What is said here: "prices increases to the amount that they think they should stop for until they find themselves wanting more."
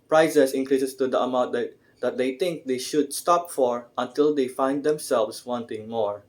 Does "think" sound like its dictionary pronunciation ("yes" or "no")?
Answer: no